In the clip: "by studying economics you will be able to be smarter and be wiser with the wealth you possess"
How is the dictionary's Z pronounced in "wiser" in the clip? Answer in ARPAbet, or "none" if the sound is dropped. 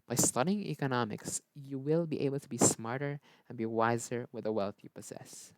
Z